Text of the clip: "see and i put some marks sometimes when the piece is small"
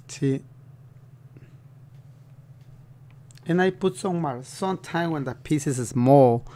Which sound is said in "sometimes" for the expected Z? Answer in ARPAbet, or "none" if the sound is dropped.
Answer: none